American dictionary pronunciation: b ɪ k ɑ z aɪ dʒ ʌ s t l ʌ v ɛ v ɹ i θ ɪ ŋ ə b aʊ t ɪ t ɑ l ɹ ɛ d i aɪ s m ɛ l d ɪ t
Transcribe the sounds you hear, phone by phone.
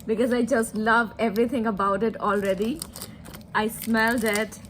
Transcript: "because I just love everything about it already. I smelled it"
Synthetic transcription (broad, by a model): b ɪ k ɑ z aɪ dʒ ʌ s t l ʌ v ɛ v ɹ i t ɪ ŋ ə b aʊ t ɪ t ɑ l ɹ ɛ d i aɪ s m ɛ l d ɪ t